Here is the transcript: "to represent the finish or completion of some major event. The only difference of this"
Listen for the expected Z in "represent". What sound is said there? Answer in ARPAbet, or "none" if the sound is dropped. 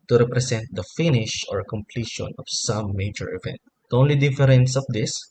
S